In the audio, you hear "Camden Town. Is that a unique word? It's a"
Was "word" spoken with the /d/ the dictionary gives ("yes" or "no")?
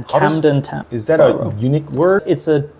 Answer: no